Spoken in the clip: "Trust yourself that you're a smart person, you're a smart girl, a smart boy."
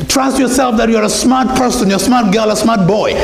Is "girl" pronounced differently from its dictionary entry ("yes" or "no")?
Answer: no